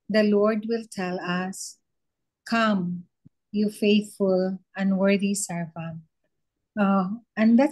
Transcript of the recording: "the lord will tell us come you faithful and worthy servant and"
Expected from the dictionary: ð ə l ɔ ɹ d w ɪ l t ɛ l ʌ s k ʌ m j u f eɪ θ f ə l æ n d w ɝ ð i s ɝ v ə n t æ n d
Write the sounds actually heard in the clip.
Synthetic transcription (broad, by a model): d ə l ɔ ɹ d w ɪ l t ɛ l ʌ s k ʌ m j u f eɪ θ f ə l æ n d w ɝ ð i s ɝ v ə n æ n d